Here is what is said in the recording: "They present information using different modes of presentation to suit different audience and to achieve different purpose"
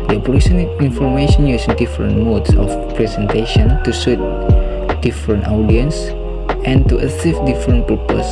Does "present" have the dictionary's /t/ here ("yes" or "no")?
no